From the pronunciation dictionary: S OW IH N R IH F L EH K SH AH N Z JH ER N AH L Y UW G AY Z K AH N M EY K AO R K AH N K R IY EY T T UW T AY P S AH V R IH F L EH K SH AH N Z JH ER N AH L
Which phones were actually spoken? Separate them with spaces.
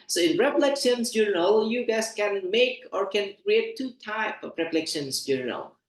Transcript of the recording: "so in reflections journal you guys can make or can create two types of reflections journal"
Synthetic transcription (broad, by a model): S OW IH N R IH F L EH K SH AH N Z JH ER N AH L Y UW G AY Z K AH N M EY K AO R K AH N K R IY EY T T UW T AY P AH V R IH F L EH K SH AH N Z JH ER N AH L